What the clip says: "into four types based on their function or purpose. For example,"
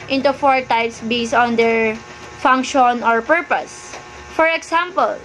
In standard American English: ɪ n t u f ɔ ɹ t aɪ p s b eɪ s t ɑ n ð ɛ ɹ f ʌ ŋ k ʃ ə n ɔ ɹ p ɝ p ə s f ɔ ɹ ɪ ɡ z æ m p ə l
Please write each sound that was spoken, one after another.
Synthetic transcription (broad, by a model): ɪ n t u f ɔ ɹ t aɪ p s b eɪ s ɑ n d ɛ ɹ f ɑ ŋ k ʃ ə n ɔ ɹ p ɝ p ə s f ɔ ɹ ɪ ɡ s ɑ m p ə l